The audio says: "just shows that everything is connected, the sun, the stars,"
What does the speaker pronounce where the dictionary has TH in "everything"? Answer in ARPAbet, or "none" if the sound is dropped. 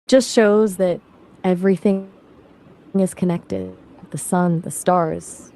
TH